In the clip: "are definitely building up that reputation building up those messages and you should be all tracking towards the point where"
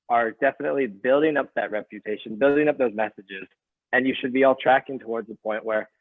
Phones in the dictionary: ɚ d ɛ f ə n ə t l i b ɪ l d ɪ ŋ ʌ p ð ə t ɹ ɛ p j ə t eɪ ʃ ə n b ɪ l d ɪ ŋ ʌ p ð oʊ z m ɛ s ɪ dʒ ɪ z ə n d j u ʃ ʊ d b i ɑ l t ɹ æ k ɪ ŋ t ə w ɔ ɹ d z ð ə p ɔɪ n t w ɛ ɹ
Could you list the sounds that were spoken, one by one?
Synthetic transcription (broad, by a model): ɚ d ɛ f ə n ə t l i b ɪ l d ɪ ŋ ʌ p ð ə t ɹ ɛ p j ə t eɪ ʃ ə n b ɪ l d ɪ ŋ ʌ p ð oʊ z m ɛ s ɪ dʒ ɪ z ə n j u ʃ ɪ d b i ɑ l t ɹ æ k ɪ ŋ t ə w ɔ ɹ d z ð ə p ɔɪ n t w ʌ ɹ